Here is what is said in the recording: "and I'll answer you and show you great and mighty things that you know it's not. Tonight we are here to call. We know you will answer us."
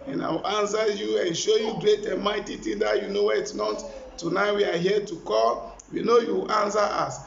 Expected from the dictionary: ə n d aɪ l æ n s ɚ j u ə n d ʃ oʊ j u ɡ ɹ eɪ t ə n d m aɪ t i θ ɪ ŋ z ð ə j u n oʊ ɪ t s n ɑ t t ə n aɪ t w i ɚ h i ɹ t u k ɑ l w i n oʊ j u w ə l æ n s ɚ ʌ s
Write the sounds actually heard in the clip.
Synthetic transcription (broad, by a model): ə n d aɪ w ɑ n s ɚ j u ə n ʃ oʊ j u ɡ ɹ eɪ t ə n m aɪ t i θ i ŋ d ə j u n oʊ ɪ t s n ɑ t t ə n aɪ w i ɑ h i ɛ t u k ɑ l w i n oʊ j u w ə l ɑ n s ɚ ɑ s